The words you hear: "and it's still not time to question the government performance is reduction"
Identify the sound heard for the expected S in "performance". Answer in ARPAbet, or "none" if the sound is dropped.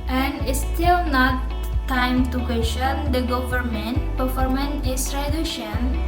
none